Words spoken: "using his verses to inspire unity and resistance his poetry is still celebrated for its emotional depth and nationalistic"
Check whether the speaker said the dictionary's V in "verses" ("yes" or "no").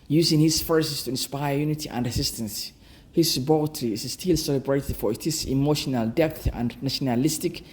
no